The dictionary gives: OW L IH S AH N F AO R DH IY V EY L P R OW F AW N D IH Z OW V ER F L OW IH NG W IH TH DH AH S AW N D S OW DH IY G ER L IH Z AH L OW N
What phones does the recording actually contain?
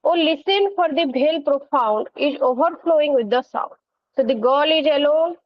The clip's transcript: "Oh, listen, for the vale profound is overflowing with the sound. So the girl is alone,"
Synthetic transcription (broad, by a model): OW L IH S AH N F AO R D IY B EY L P R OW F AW N D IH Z OW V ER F L OW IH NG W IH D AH S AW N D S OW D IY G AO L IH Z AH L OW N